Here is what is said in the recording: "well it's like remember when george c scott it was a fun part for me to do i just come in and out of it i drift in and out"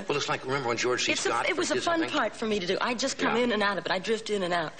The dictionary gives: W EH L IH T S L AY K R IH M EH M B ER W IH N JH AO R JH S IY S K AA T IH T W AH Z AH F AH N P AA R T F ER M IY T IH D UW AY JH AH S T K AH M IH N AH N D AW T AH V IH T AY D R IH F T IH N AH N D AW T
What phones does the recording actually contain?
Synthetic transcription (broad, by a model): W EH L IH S L AY K R IH M EH M B ER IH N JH AO R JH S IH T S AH IH T W AH Z AH F AH N P AA R T F ER M IY T IH D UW AY JH AH S K AH M IH N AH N AW T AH B IH T AY D R IH F T IH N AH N AW T